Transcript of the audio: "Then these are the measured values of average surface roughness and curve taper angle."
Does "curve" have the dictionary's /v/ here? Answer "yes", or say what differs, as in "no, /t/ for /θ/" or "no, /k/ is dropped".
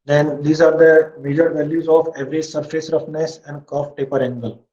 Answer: no, /f/ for /v/